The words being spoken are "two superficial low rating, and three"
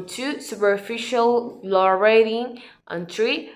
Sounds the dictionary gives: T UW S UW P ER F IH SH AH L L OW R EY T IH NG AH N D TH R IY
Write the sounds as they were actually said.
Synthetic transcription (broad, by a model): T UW S UW P ER F IH SH AH L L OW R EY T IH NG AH N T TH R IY